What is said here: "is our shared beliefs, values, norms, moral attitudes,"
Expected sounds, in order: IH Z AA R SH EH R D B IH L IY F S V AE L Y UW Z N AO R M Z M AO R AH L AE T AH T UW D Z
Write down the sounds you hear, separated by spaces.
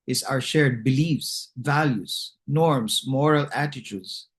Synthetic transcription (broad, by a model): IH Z AA R SH EH R D B IH L IY F S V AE L Y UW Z N AO R M S M AO R AH L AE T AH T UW D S